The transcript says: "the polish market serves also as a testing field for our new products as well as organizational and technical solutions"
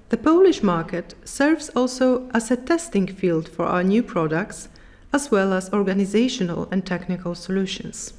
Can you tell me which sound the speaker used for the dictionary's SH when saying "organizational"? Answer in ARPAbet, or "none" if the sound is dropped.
SH